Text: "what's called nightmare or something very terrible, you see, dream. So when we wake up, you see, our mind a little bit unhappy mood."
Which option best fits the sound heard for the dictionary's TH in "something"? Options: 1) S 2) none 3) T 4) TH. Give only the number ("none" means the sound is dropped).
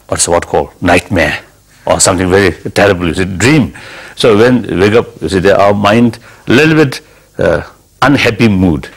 3